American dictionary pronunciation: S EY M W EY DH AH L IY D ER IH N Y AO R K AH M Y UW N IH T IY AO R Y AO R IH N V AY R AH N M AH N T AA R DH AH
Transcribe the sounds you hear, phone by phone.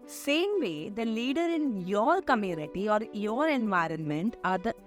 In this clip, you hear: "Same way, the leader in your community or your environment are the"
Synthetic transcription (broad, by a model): S EY M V EY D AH L IY D ER IH N Y AO R K AH M Y UW N IH T IY AO R Y AO R IH N V AY R AH N M AH N T AA R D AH